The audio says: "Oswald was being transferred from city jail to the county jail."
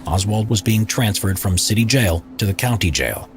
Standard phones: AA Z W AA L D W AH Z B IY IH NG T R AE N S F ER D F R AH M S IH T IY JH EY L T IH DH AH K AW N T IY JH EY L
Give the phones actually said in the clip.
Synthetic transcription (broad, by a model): AA Z W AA L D W AH Z B IY IH NG T R AE N S F ER D F R AH M S IH T IY JH EY L T IH DH AH K AW N T IY JH EY L